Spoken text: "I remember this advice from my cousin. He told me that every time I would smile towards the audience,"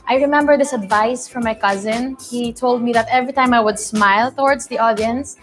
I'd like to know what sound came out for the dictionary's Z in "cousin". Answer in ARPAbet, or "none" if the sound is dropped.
Z